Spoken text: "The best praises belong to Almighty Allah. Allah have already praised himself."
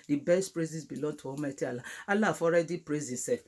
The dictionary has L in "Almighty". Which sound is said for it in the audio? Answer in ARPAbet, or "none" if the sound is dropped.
none